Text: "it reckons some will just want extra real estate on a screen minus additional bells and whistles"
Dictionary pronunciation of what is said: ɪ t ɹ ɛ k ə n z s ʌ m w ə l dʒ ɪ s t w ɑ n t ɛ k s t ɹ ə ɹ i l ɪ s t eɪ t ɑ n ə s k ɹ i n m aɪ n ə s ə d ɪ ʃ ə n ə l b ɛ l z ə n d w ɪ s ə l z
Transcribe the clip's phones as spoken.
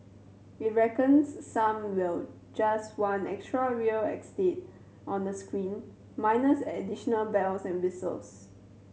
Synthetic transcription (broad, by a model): ɪ t ɹ ɛ k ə n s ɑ m w ə l dʒ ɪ s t w ɑ n ɛ k s t ɹ ə ɹ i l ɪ s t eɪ t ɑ n ə s k ɹ i n m aɪ n ə s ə d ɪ ʃ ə n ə l b ɛ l s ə n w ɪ s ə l s